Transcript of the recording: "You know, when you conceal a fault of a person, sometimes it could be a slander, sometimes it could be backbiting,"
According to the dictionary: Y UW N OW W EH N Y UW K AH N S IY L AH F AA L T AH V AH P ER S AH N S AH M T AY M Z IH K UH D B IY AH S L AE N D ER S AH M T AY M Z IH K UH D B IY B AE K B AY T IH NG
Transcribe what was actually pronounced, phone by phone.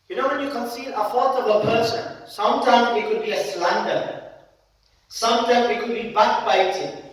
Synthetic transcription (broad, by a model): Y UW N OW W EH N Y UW K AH N S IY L AH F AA T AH B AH P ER S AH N S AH M T AY M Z IH K UH D B IY AH S L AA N D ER S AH M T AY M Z IH K UH D B IY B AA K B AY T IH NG